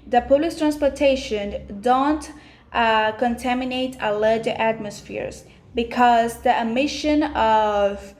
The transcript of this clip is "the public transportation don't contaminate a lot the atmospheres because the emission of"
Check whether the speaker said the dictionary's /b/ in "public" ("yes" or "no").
no